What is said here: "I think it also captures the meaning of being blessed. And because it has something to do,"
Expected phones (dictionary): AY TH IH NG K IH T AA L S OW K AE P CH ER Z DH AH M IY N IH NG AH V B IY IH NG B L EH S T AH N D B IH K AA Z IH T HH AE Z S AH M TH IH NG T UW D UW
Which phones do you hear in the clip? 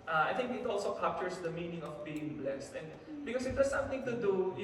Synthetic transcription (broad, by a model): AY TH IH NG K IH T AA L S OW K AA P CH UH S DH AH M IY N IH NG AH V B IY IH NG B L EH S T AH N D B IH K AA S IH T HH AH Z S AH M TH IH NG T UW D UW